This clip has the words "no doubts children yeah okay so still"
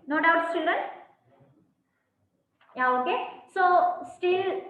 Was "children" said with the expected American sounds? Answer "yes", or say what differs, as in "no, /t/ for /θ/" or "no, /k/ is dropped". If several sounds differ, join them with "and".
no, /l/ is dropped